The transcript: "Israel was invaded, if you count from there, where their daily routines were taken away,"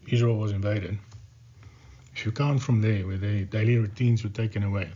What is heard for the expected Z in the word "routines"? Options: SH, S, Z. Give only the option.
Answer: Z